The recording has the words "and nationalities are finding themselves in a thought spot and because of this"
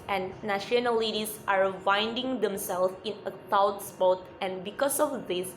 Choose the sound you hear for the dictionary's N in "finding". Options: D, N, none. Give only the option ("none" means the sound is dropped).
N